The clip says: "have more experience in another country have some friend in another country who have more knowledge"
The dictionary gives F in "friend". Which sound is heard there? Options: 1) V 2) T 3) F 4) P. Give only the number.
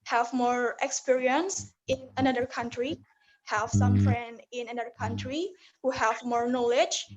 3